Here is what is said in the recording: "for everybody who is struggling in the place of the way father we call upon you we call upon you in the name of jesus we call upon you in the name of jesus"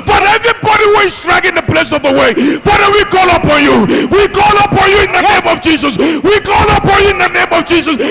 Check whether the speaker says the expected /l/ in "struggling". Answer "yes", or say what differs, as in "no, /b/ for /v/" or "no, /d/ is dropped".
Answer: no, /l/ is dropped